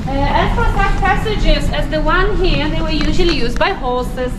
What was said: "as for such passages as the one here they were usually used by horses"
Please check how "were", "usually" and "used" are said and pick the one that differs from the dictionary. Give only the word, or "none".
none